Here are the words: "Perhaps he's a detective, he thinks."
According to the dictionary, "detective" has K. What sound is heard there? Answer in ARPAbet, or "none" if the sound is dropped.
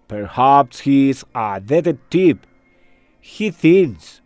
none